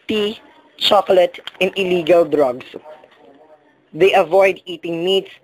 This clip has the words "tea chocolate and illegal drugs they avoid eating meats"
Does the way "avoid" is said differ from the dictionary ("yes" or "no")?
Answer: no